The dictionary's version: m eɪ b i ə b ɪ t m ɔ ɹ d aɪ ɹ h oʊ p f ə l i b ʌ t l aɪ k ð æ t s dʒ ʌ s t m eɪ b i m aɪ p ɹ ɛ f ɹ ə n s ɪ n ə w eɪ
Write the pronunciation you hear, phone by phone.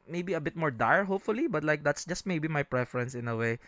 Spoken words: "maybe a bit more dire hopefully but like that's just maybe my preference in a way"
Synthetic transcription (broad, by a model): m eɪ b i ə b ɪ t m ɔ ɹ d aɪ ɹ h oʊ p f ə l i b ʌ t l aɪ k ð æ t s dʒ ʌ s t m eɪ b i m aɪ p ɹ ɛ f ɹ ə n s ɪ n ə w eɪ